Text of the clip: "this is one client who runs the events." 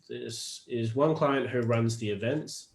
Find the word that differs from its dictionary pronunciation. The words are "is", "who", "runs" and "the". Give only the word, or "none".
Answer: none